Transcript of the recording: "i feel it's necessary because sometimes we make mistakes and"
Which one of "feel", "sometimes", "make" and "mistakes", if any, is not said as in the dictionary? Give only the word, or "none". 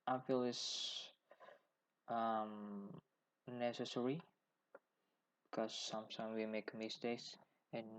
sometimes